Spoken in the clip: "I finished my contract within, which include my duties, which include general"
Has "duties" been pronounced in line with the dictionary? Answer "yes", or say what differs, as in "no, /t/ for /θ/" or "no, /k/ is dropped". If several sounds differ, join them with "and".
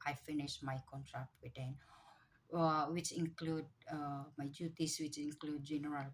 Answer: no, /s/ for /z/